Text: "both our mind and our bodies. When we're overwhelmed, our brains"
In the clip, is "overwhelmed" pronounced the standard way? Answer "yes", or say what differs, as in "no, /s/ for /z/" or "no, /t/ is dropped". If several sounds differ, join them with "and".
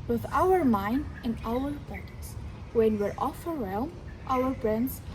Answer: no, /f/ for /v/